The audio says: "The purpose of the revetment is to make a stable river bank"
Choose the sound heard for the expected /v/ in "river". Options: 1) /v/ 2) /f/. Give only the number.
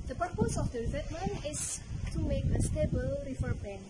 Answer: 2